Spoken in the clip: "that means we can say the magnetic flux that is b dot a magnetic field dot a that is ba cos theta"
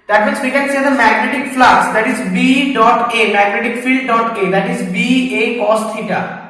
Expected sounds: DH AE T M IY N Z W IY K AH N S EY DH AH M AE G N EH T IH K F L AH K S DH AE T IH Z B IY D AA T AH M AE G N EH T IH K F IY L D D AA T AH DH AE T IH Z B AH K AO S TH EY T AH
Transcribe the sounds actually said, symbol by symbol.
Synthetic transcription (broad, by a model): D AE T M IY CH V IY K AH N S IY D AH M AE G N EH T IH K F L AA S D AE T IH Z B IY D AA T AH M AE G N EH T IH K F IY L D D AA T AH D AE T IH Z B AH K AO S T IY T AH